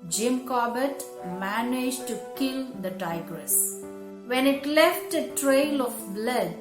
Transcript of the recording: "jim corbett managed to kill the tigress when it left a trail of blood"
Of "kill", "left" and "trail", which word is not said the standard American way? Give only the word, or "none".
none